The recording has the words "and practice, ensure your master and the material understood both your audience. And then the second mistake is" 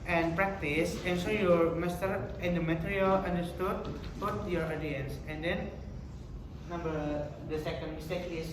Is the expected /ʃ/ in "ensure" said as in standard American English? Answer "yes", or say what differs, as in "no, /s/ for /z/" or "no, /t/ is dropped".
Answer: no, /s/ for /ʃ/